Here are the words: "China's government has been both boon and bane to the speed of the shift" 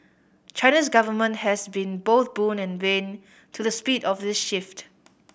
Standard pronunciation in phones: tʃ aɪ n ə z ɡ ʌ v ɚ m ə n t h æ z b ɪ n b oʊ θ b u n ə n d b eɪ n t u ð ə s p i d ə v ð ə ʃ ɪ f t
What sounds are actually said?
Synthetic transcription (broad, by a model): tʃ aɪ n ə s ɡ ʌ v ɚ m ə n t h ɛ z b ɪ n b oʊ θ b u n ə n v eɪ n t u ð ə s p i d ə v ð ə ʃ ɪ f t